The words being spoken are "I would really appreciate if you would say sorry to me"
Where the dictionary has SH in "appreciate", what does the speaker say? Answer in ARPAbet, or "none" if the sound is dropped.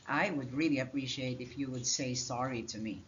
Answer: SH